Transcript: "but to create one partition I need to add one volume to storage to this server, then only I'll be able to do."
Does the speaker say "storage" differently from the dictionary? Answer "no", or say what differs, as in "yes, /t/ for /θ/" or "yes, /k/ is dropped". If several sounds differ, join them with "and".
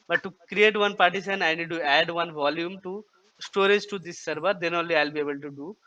no